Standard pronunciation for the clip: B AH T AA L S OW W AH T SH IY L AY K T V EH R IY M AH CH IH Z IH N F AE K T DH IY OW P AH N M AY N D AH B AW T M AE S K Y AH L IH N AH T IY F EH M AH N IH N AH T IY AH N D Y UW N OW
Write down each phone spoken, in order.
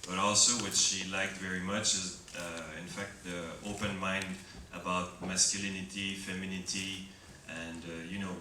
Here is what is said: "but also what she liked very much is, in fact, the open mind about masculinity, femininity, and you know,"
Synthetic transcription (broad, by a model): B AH T AA L S OW W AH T SH IY L AY K T V EH R IY M AH CH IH Z IH N F AE K T DH IY OW P AH N M AY N D AH B AW T M AE S K Y AH L IH N AH T IY F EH M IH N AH T IY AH N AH Y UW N OW